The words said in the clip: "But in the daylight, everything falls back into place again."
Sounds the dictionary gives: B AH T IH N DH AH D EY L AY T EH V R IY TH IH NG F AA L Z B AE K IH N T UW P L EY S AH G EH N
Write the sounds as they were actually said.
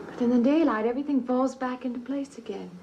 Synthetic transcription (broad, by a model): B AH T IH N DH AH D EY L AY T EH V R IY TH IH NG F AA L Z B AE K IH N T UW P L EY S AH G EH N